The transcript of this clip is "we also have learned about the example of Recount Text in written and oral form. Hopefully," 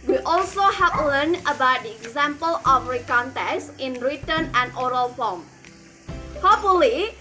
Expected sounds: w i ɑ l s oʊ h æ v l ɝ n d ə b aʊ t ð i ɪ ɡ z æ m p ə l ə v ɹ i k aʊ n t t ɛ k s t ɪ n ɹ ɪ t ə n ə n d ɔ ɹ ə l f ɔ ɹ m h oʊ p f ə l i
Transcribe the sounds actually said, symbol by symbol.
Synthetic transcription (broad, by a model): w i ɑ l s oʊ h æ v l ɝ n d ə b aʊ t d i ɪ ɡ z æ m p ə l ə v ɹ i k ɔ n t t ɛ s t ɪ n ɹ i t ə n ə n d ɔ ɹ ə l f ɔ l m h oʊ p f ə l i